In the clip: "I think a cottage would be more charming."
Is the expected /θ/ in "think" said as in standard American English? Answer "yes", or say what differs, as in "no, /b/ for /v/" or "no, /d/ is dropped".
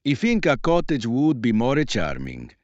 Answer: no, /f/ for /θ/